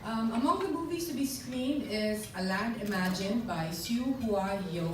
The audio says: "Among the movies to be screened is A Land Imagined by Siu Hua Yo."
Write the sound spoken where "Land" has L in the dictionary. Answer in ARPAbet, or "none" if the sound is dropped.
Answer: L